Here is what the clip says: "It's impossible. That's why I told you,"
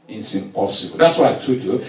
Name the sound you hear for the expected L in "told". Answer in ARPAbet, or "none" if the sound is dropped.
none